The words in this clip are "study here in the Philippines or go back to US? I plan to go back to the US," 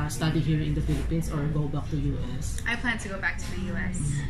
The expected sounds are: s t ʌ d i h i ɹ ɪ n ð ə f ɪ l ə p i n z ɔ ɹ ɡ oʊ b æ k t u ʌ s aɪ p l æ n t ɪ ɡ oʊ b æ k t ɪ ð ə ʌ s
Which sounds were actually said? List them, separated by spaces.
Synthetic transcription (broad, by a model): s t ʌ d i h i ɹ ɪ n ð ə f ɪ l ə p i n s ɔ ɹ ɡ oʊ b æ k t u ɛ s aɪ p l æ n t ɪ ɡ oʊ b æ k t ɪ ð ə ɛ s